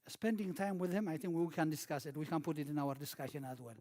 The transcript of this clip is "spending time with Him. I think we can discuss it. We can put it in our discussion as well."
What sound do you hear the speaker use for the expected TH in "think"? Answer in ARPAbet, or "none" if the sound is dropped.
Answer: TH